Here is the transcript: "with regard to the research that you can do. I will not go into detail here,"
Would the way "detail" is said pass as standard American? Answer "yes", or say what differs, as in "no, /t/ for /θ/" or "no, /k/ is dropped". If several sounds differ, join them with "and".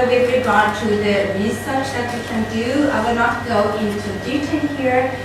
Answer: no, /n/ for /l/